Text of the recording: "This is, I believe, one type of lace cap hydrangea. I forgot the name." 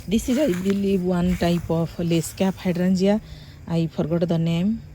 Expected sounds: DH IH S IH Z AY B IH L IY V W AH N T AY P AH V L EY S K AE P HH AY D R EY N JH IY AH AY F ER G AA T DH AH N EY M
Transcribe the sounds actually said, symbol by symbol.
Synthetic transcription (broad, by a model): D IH S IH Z AY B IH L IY B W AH N T AY P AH P L EY S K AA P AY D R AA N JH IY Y AY P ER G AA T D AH N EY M